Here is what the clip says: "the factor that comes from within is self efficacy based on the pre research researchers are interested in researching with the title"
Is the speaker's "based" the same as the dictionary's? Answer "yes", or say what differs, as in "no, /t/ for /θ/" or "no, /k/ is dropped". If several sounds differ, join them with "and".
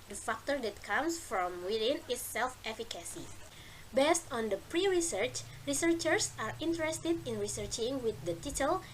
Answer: yes